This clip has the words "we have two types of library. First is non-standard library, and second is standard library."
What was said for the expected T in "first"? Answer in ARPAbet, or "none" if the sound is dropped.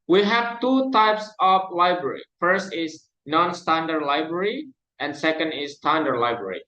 T